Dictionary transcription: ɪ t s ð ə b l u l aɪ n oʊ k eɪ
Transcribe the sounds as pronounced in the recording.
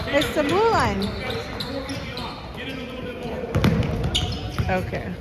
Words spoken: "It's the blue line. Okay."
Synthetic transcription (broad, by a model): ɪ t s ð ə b u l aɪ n oʊ k eɪ